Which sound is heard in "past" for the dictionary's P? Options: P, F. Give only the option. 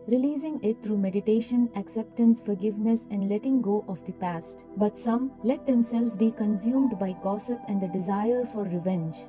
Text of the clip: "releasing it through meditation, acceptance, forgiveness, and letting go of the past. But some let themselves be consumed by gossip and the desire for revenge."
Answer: P